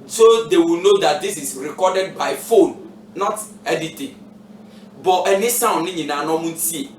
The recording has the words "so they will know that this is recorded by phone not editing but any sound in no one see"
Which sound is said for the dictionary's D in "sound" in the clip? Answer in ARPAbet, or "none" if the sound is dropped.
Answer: none